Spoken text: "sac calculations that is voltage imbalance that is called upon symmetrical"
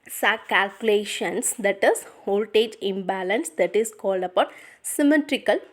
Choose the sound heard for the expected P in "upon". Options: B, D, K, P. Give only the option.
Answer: B